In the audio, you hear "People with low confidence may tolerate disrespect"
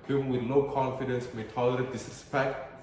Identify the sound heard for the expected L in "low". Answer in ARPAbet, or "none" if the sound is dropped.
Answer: N